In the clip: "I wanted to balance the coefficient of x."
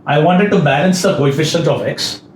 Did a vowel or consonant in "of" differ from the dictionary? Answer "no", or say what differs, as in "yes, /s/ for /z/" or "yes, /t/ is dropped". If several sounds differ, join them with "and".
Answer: yes, /p/ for /v/